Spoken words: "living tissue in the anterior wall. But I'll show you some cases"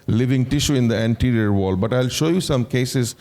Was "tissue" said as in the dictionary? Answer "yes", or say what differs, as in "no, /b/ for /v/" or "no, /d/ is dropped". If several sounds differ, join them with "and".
yes